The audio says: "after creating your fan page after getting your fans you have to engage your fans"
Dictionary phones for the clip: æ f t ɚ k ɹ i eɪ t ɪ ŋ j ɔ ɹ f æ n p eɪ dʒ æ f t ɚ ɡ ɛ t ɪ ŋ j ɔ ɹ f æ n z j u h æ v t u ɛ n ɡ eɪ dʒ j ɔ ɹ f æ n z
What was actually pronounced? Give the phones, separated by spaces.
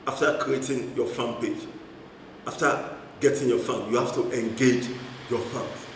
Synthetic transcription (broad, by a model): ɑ f t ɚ k ɹ i eɪ t ɪ ŋ j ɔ f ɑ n p eɪ dʒ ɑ f t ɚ ɡ ɛ t ɪ ŋ j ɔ f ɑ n j u h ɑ f t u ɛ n ɡ eɪ dʒ j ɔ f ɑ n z